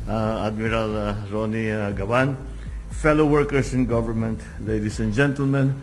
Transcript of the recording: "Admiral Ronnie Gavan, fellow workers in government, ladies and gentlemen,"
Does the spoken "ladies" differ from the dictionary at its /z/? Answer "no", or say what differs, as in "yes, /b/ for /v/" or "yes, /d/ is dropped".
yes, /s/ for /z/